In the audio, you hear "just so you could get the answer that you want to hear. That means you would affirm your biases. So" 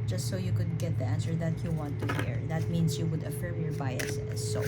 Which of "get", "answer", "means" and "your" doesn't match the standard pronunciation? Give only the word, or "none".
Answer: means